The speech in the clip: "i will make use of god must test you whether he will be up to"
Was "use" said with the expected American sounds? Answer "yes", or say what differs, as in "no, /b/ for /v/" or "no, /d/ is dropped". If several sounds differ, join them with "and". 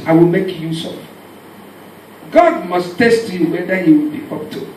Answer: yes